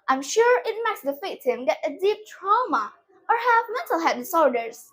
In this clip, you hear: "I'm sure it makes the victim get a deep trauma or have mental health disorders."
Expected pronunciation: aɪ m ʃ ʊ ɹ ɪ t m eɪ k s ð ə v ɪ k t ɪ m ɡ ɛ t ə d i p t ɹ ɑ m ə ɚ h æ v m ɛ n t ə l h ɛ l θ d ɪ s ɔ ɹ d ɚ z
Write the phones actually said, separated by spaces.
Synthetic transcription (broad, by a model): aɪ m ʃ ʊ ɹ ɪ t m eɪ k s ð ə f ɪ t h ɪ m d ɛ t ə d i p t ɹ ɑ m ə ɚ h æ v m ɛ n t ə l h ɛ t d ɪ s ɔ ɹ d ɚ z